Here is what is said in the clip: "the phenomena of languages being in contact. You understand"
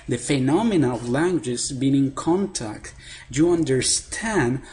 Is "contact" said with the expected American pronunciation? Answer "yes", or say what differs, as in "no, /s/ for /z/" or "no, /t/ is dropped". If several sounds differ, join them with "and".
yes